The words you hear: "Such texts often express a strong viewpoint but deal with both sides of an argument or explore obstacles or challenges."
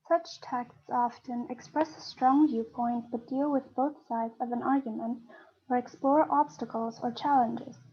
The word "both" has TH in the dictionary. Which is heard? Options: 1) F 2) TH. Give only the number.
2